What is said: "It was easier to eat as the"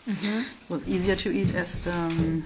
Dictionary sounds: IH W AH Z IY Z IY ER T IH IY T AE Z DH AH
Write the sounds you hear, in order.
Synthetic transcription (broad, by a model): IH W AH Z IY Z IY ER T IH IY T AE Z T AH